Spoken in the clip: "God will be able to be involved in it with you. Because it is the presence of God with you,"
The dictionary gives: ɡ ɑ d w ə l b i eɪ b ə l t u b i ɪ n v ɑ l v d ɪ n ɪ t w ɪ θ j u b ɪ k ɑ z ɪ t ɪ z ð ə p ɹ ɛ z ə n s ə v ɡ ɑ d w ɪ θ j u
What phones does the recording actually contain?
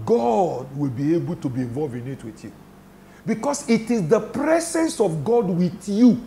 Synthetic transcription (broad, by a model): ɡ ɑ d w ə l b i eɪ b ə l t u b i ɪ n v ɑ l v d ɪ n ɪ t w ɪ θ j u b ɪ k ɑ s ɪ t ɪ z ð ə p ɹ ɛ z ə n s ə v ɡ ɑ d w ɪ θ j u